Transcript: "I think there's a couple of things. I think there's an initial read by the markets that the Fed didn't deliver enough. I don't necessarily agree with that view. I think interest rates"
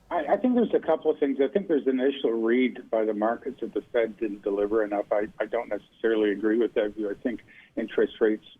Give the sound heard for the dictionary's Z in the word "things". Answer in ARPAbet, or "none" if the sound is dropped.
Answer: Z